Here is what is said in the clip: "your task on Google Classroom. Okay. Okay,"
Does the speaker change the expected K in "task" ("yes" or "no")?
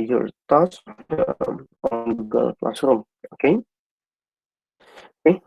yes